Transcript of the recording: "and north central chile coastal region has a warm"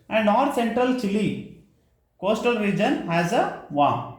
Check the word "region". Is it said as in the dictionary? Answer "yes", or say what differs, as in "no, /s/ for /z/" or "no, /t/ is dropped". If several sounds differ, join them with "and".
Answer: yes